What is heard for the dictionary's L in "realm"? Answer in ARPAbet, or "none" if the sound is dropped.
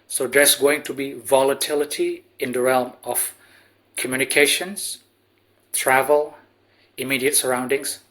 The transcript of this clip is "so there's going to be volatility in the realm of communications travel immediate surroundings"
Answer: L